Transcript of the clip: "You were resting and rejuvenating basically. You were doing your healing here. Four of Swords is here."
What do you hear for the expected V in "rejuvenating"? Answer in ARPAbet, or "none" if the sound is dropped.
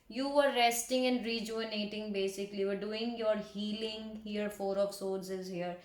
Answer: none